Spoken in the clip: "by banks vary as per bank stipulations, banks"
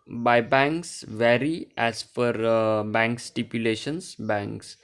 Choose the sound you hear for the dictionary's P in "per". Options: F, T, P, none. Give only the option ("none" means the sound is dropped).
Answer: F